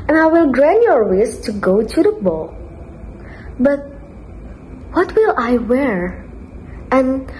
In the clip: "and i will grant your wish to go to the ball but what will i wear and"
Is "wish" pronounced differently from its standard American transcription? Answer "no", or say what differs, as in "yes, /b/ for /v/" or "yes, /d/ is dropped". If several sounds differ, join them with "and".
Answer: yes, /s/ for /ʃ/